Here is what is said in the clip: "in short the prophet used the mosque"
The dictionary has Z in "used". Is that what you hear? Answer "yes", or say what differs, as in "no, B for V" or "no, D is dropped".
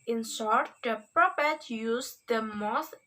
no, S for Z